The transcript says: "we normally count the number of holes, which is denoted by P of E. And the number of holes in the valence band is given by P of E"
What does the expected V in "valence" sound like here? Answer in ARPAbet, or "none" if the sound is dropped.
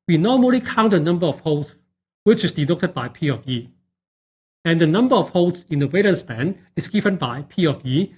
W